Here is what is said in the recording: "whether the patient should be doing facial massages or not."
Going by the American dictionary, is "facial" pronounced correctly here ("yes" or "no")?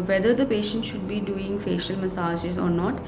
yes